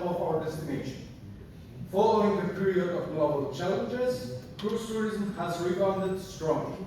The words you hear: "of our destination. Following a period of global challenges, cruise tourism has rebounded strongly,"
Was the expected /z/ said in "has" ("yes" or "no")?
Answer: yes